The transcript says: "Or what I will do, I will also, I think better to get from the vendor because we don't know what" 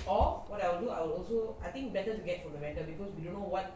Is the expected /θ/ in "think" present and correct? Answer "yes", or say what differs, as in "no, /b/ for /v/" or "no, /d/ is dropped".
no, /t/ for /θ/